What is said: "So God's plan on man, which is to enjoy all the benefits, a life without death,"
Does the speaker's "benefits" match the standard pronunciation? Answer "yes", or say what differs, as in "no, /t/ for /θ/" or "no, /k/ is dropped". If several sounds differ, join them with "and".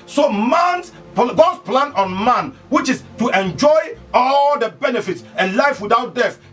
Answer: yes